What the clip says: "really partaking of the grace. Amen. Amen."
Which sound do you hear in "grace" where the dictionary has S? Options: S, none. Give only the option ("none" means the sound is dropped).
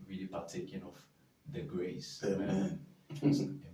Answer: none